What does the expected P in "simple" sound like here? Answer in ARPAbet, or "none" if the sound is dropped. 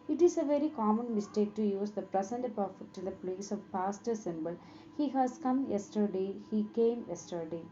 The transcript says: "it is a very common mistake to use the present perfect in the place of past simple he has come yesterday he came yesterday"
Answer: B